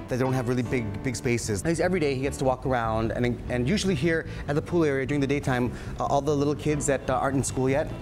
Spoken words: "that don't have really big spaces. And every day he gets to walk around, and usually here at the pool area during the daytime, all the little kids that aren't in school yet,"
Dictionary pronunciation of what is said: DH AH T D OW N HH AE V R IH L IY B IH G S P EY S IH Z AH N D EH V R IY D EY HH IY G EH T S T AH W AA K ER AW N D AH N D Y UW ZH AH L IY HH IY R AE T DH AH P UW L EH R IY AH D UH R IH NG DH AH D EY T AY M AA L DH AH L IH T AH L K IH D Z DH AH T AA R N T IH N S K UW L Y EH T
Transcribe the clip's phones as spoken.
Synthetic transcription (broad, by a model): DH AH T D OW N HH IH V R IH L IY B IH G S P EY S IH Z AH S EH V R IY D EY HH IY G EH T S T AH W AA K ER AW N D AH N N Y UW ZH L IY HH IY R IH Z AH P UW L EH R IY AH D UH R IH NG DH AH D EY T AY M AA L DH AH L IH T L K IH D Z DH AH T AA R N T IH N S K UW L Y EH T